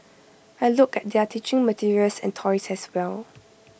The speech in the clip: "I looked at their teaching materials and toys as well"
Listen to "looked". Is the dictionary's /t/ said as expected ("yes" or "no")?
no